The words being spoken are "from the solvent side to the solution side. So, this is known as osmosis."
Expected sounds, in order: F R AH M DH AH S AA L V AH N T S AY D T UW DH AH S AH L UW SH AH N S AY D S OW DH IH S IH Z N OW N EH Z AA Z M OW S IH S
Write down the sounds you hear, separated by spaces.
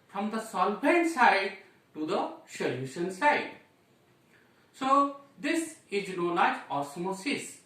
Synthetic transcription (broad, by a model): F R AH M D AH S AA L B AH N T S AY D T UW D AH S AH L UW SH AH N S AY D S OW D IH S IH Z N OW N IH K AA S M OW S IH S